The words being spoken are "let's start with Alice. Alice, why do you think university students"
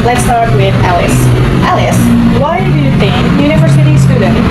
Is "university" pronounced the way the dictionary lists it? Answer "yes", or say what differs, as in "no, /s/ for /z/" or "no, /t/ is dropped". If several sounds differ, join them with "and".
yes